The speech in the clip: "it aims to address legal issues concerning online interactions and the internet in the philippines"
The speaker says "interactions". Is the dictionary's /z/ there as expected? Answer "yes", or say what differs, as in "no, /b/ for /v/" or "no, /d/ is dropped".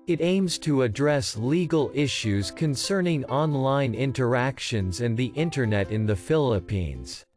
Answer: yes